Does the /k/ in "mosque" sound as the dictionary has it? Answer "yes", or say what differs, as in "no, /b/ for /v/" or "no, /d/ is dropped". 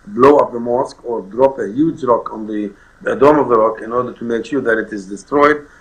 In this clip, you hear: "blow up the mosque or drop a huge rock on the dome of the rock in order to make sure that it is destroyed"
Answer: yes